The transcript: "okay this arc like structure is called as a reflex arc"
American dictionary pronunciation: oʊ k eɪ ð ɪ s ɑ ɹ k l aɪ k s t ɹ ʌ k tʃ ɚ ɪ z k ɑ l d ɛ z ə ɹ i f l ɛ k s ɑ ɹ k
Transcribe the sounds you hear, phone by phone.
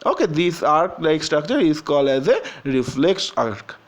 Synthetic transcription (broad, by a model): oʊ k eɪ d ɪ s ɑ ɹ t l aɪ k s t ɹ ʌ k tʃ ɚ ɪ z k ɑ l ɛ z ə ɹ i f l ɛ k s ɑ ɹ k